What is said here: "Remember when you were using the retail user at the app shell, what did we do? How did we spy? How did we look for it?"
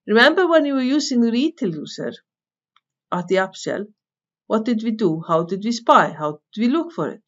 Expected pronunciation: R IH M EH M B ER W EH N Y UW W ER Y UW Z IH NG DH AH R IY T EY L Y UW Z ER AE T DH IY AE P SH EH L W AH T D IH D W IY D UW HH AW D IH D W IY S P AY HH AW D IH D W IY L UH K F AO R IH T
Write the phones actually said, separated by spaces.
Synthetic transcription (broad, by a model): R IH M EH M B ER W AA N Y UW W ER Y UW S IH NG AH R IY T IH L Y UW S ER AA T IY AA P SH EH L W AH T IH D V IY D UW HH AW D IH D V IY S P AY HH AW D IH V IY L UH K F AO R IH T